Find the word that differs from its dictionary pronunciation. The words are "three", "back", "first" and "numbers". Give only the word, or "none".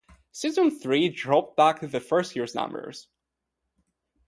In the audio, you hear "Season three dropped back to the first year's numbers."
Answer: none